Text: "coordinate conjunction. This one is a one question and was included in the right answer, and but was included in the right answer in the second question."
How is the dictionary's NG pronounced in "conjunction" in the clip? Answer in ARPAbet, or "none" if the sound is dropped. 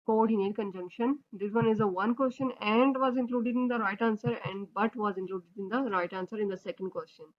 NG